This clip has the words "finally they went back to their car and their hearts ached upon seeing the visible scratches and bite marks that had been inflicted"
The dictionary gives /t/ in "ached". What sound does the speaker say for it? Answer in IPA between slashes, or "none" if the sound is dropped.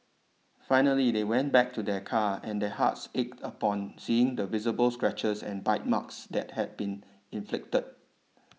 /t/